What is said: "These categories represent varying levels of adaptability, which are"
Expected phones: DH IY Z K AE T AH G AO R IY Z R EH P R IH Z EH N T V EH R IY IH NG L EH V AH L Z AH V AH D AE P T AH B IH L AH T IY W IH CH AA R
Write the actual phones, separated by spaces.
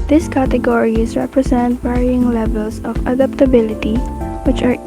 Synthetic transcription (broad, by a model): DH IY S K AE T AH G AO R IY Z R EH P R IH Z EH N T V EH R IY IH NG L EH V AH L S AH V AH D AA P T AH B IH L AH T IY W IH CH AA R